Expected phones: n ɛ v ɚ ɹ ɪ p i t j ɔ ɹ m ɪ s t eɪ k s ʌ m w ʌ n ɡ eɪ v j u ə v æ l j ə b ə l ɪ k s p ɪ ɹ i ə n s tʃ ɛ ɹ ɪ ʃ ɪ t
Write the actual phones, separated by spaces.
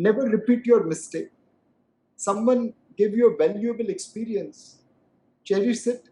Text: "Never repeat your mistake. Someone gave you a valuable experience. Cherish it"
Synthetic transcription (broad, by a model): n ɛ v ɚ ɹ ɪ p i t j ɔ ɹ m ɪ s t eɪ k s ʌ m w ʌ n ɡ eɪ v j u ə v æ l j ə b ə l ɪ k s p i ɹ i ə n s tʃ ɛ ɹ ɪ s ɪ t